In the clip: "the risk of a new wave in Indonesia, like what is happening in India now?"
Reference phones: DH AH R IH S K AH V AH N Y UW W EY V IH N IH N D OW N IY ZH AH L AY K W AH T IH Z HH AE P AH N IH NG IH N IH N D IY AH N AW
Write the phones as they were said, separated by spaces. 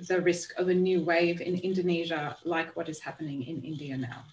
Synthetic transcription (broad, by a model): DH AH R IH S K AH V AH N Y UW W EY V IH N IH N D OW N IY ZH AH L AY K W AH T IH Z HH AE P AH N IH NG IH N IH N D IY AH N AW